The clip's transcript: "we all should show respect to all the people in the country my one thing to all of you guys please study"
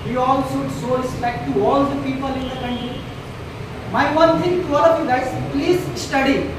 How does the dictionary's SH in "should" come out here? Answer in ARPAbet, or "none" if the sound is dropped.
S